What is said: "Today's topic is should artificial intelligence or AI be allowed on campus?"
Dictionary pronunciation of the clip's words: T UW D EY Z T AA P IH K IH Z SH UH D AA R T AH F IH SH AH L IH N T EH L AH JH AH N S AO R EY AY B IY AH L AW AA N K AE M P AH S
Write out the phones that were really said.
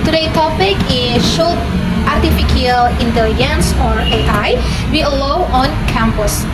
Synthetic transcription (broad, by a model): T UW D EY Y T AA P IH K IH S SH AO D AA R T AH F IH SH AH L IH N T EH L AH JH AH N S AO R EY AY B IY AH L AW AA N K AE M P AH S